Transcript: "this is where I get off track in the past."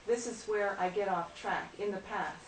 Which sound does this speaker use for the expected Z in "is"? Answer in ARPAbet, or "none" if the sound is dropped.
Z